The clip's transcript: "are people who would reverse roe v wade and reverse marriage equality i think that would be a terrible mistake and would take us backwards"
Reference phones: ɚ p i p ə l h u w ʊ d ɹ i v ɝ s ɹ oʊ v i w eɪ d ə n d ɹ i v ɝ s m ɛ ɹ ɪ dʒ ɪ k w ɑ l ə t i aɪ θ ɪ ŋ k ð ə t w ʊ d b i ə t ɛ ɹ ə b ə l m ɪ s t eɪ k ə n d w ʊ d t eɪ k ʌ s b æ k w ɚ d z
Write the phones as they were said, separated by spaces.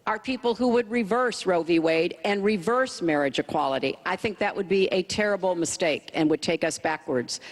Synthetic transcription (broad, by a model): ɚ p i p l h u w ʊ d ɹ i v ɝ s ɹ oʊ v i w eɪ d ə n ɹ i v ɝ s m ɛ ɹ ɪ dʒ ɪ k w ɑ l ə t i aɪ θ ɪ ŋ k ð ə t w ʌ d b i ə t ɛ ɹ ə b l m ɪ s t eɪ k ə n w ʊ d t eɪ k ʌ s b æ k w ɚ d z